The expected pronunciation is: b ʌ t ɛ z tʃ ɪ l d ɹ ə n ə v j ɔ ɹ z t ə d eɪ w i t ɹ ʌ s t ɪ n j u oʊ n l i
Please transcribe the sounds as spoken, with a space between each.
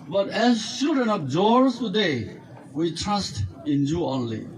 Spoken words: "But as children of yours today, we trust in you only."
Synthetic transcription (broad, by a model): b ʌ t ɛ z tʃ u d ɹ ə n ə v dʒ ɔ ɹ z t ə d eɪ w i t ɹ ʌ s t ɪ n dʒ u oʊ n l i